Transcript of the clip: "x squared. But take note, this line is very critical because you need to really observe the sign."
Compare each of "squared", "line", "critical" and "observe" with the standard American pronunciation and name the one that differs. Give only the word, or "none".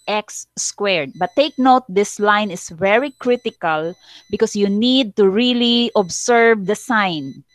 observe